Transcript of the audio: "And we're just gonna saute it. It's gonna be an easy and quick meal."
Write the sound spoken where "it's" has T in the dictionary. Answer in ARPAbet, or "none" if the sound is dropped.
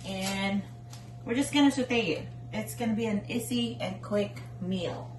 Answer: T